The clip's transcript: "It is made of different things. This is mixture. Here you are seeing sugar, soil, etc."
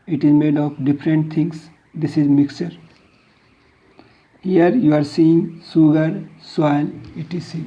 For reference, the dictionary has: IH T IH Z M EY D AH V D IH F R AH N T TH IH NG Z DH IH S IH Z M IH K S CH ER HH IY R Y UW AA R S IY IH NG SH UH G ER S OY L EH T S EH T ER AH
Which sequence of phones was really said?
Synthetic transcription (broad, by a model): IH T IH Z M EY D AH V D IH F R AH N T T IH NG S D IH S IH Z M IH K S CH ER HH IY R Y UW AA R S IY IH NG S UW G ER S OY N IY T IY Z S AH